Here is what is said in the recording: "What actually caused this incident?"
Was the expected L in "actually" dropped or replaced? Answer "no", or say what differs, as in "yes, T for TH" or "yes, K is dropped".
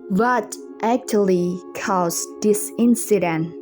no